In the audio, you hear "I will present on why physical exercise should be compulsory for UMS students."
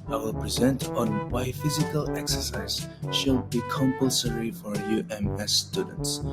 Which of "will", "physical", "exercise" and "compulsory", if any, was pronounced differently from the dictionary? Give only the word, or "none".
none